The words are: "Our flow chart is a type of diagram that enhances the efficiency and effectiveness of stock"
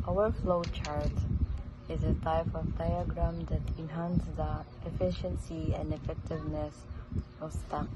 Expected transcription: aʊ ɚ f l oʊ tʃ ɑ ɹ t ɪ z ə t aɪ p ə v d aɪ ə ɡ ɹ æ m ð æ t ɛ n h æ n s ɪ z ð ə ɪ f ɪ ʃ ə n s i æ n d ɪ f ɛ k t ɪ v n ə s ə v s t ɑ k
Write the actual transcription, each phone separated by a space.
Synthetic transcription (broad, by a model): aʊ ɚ f l oʊ tʃ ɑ ɹ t ɪ z ə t aɪ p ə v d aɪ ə ɡ ɹ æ m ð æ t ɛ n h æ n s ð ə ɪ f ɪ ʃ ə n s i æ n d ɪ f ɛ k t ɪ v n ə s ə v s t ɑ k